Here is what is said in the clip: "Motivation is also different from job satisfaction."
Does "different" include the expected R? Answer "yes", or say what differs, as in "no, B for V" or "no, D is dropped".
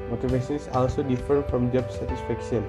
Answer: no, R is dropped